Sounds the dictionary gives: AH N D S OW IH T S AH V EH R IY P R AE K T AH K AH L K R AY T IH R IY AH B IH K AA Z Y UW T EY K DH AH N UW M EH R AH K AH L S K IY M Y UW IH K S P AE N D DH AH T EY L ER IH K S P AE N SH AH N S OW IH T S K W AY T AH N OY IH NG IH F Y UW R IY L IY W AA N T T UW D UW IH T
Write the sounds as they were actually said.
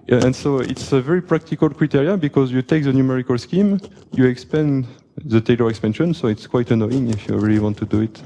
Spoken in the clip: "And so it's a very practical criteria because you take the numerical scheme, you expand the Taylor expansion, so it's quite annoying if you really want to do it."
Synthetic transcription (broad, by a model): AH N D S OW IH T S AH V EH R IY P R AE K T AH K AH L K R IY T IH R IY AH B IH K AA Z Y UW T EY K DH AH N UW M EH R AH K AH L S K IY M Y UW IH K S P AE N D DH AH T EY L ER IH K S P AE N SH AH N S OW IH T S K W AY T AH N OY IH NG IH F Y UW R IY L IY W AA N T T UW D UW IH T